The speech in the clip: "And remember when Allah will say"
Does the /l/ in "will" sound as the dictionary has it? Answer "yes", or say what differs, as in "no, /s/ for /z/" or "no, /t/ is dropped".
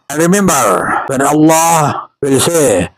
yes